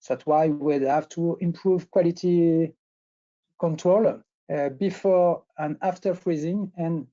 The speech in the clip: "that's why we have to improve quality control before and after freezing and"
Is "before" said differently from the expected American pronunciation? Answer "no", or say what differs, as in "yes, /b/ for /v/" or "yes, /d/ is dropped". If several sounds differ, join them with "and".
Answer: no